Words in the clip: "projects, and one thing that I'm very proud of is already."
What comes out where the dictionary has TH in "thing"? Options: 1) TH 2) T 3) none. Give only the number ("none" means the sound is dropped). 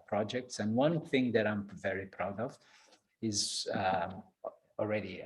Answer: 1